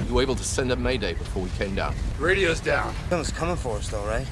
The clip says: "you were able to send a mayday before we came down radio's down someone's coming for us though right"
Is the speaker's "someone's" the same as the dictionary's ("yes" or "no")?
no